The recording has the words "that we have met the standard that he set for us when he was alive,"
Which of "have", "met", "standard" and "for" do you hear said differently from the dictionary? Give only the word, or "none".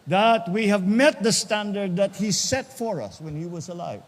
none